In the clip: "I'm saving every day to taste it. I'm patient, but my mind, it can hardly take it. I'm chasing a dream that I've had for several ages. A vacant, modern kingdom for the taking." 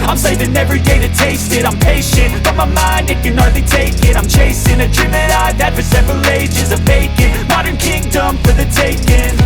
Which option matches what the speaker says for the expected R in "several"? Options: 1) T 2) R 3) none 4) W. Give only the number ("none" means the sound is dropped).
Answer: 2